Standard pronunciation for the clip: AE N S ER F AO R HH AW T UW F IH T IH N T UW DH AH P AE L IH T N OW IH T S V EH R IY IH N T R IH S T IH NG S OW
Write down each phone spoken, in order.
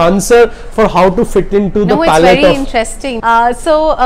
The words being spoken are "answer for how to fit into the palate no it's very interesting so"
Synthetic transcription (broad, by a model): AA N S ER F AO R HH AW T UW F IH T IH N T UW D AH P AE L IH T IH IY IH N T R IH S T IH NG S OW